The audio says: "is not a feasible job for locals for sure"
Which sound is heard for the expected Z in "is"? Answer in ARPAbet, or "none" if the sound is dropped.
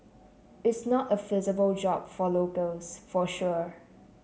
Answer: S